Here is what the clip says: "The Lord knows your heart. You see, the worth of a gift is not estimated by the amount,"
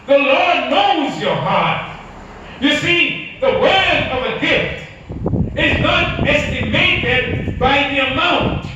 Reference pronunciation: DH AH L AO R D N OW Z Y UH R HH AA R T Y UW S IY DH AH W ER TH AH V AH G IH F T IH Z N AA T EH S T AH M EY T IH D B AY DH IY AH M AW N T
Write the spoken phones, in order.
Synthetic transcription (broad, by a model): DH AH L AO R D N OW Z Y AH R HH AA R T Y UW S IY DH AH W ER AH V AH G IH F T IH Z N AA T EH S T AH M EY T IH D B AY DH IY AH M AW N T